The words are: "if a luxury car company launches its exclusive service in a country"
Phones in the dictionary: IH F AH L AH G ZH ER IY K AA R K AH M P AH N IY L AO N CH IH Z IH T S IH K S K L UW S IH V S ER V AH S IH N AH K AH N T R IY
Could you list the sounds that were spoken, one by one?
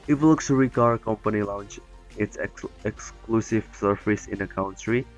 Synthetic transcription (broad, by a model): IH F L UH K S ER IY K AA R K AH M P AH N IY L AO N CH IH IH T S IH K S K L UW S IH V S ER F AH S IH N AH K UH N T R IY